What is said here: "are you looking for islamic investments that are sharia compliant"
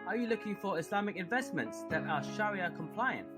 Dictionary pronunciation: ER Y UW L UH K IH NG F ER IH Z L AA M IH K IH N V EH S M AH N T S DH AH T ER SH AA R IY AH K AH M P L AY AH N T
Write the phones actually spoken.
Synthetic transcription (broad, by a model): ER Y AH L UH K IH NG F ER IH S L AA M IH K IH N V EH S M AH N T S DH AH T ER SH AA R IY AH K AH M P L AY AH N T